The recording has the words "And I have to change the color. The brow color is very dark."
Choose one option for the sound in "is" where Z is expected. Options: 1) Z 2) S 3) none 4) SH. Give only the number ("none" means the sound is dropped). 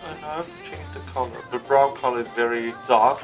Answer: 1